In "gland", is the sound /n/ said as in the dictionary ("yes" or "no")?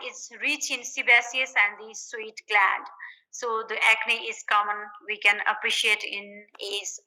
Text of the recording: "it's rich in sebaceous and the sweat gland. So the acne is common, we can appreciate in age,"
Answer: no